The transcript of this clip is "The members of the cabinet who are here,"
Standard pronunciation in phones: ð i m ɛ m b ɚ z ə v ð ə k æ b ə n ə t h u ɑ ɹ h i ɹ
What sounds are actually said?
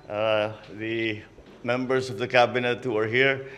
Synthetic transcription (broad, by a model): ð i m ɛ m b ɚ s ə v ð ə k æ b ə n ə t h u ɑ ɹ h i ɹ